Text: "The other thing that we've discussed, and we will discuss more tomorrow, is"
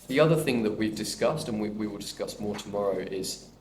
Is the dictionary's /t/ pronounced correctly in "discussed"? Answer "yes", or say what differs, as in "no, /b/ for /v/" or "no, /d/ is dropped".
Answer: yes